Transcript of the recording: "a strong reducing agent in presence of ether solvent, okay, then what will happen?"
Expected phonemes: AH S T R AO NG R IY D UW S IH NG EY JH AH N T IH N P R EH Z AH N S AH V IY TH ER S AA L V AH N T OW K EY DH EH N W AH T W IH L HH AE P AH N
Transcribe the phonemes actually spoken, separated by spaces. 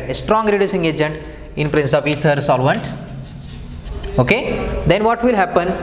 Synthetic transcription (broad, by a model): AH S T R AO NG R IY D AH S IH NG EY JH AH N T IH N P R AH N S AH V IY T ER S AA L V AH N T OW K EY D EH N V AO T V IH L HH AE P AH N